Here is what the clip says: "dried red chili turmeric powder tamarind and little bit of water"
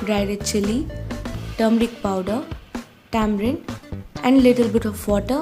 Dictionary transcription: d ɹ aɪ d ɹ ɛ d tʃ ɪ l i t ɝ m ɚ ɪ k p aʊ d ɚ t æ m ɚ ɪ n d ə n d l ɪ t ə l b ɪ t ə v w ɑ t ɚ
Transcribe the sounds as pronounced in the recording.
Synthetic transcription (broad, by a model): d ɹ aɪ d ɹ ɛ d tʃ ɪ l i t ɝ m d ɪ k p aʊ d ɚ t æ m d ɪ n ə n d l ɪ t ə l b ɪ t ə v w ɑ t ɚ